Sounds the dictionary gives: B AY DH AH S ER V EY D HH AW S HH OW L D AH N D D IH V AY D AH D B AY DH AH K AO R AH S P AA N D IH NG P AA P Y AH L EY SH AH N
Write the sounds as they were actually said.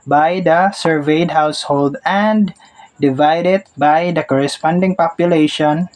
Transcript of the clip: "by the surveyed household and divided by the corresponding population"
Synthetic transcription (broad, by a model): B AY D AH S ER V EY D HH AW S HH OW L D AH N D D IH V AY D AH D B AY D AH K AO R AH S P AA N D IH NG P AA P Y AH L EY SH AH N